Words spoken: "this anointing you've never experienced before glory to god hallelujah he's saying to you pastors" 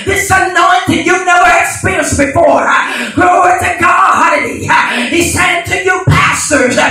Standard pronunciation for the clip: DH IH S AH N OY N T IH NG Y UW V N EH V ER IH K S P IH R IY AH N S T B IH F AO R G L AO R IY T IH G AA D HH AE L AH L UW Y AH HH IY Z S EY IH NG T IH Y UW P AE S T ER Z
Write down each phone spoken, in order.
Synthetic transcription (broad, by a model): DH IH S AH N OY N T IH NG Y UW N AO UH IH K S P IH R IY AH N S B IH F AO R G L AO IY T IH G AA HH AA AH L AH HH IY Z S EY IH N T IH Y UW P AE S T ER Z